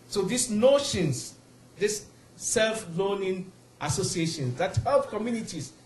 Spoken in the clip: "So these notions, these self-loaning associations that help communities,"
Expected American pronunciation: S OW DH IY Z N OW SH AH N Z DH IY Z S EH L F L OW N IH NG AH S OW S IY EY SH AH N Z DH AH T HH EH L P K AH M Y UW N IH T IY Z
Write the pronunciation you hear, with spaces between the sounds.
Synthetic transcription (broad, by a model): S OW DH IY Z N OW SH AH N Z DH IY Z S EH L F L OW N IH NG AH S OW S IY EY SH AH N S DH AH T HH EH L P K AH M Y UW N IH T IY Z